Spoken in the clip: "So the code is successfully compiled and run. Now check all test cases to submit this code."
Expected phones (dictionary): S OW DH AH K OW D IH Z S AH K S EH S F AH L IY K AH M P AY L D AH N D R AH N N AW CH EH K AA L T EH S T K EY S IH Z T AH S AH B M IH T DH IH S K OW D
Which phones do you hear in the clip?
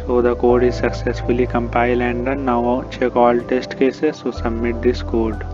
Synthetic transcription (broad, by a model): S OW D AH K OW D IH Z S AH K S EH S F AH L IY K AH M P AY L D AH N D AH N N AW CH EH K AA L T EH S T K EY S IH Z S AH S AH B M IH T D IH S K OW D